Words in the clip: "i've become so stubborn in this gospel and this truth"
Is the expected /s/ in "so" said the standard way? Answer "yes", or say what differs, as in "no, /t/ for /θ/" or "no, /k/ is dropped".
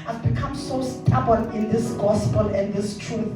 yes